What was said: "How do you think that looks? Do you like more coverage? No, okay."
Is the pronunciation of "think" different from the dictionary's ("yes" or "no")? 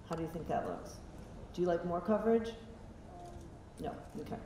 no